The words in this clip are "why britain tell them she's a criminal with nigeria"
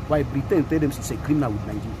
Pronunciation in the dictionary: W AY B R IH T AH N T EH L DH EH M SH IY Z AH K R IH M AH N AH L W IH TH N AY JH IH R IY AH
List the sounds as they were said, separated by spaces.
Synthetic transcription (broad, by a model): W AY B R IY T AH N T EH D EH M S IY S AH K R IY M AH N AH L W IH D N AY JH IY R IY